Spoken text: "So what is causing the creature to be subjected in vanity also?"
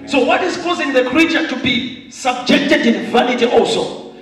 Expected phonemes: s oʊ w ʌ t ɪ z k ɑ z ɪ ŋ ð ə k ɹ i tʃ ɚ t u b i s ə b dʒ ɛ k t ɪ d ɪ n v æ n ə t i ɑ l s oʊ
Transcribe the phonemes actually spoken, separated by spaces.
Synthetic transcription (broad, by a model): s oʊ w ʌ t ɪ z k ɑ z ɪ ŋ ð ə k ɹ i tʃ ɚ t u b i s ə b dʒ ɛ k t ɪ d ɪ n v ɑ n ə t i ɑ l s oʊ